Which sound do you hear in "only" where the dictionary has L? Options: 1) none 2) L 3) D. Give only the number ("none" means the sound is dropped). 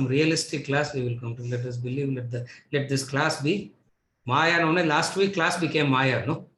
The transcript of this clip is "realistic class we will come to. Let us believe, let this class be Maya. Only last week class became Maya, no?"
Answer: 1